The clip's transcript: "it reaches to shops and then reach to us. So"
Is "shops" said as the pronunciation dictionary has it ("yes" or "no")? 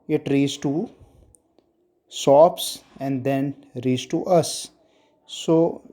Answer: no